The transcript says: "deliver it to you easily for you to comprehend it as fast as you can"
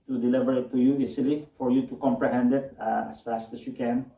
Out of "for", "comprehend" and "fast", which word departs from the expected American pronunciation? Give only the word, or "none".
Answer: none